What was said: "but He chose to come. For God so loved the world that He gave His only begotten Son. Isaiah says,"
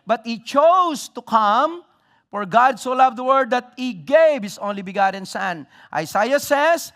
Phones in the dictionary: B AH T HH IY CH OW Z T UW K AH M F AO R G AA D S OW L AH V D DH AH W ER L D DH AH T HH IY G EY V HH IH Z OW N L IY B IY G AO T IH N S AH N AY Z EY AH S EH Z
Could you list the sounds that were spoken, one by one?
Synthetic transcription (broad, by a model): B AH T HH IY CH OW S T UW K AH M F AO R G AA D S OW L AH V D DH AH W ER D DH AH T HH IY G EY V HH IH S OW N L IY B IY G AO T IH N S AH N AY S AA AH S EH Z